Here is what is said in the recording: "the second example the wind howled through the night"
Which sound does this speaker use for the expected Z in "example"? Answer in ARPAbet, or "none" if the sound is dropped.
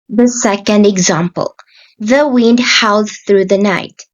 Z